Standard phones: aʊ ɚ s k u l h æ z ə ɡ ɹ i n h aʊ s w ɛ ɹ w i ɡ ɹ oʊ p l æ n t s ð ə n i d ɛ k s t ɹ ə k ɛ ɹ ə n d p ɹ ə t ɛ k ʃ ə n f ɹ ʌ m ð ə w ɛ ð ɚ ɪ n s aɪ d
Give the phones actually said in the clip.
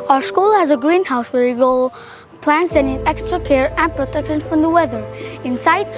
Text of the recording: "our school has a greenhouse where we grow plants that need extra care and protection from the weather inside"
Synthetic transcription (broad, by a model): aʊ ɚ s k u l h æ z ə ɡ ɹ i n h aʊ s w ɛ ɹ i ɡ oʊ p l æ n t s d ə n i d ɛ k s t ɹ ə k ɛ ɹ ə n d p ɹ ə t ɛ k ʃ ə n f ɹ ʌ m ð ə w ɛ ð ɚ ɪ n s aɪ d